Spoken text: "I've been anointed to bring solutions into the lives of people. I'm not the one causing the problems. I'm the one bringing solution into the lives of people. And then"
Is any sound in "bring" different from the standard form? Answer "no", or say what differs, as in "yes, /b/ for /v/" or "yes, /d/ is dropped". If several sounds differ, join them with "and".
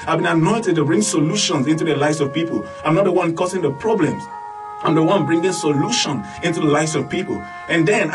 no